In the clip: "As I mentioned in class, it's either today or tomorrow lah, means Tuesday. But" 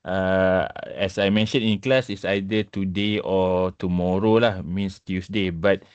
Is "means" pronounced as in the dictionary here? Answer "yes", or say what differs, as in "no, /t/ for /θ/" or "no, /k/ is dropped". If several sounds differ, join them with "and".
no, /s/ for /z/